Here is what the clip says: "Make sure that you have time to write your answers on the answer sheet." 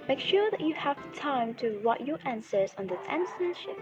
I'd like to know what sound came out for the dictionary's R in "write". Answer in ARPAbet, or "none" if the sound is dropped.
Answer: W